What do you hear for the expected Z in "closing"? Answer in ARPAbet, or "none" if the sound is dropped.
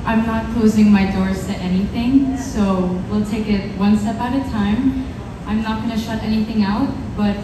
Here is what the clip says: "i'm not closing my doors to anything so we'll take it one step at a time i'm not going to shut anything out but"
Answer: Z